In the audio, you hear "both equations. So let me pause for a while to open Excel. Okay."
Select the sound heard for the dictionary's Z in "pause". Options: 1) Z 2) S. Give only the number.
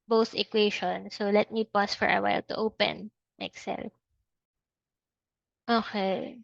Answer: 2